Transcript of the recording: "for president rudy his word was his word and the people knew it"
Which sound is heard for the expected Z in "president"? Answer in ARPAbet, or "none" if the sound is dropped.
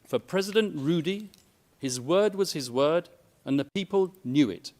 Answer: Z